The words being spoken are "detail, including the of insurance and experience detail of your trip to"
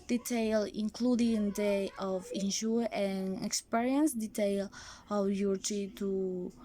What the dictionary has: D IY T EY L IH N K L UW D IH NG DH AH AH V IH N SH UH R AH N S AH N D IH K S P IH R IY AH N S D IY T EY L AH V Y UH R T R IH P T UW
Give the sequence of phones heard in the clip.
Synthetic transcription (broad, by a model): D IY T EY L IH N K L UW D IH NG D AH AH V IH N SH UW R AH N AH K S P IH R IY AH N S D IY T EY L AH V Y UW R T IY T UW